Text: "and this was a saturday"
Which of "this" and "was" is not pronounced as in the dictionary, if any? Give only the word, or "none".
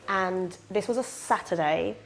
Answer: none